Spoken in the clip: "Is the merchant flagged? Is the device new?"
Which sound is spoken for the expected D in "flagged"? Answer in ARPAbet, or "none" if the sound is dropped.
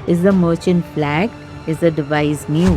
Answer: none